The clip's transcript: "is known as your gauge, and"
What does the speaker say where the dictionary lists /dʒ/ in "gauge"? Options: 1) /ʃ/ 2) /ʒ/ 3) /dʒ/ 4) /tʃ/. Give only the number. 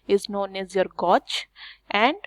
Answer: 4